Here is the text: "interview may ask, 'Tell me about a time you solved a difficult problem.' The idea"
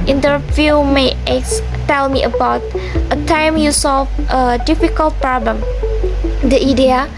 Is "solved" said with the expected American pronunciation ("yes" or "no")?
no